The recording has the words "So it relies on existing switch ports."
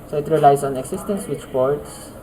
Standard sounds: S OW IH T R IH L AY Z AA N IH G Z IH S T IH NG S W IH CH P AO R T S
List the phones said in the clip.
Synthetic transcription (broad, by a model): S OW IH T R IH L AY S AA N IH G S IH S T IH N S W IH CH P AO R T S